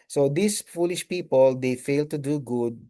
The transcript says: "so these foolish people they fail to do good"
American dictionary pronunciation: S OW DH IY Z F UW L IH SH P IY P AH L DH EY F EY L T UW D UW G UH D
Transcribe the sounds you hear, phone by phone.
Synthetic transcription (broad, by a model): S OW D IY S F UW L IH SH P IY P AH L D EY F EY L T UW D UW G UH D